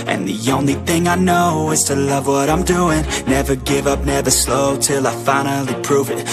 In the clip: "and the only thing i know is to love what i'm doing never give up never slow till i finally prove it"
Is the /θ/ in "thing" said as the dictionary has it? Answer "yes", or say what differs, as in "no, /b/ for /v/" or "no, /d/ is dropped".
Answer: yes